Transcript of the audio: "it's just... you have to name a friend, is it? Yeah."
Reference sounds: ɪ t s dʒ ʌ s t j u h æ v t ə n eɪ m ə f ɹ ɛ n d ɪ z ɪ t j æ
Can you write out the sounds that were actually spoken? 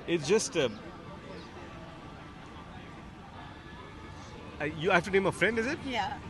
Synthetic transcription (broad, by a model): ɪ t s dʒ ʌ s t j u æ f t ə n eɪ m ə f ɹ ɛ n d ɪ z ɪ t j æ